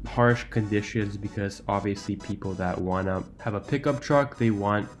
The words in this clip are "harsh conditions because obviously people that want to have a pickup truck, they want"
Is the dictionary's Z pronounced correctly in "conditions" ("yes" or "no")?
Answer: yes